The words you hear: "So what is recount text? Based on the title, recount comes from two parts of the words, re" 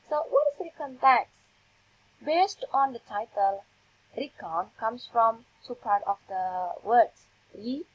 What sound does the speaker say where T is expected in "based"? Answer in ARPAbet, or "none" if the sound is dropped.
T